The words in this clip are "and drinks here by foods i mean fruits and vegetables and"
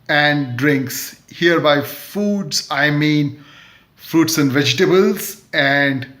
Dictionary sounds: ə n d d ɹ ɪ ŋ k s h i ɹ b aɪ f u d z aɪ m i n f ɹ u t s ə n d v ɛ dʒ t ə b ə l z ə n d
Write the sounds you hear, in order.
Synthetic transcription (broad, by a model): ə n d d ɹ ɪ ŋ k s h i ɹ b aɪ f u d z aɪ m i n f ɹ u t s ə n d v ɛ dʒ t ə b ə l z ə n d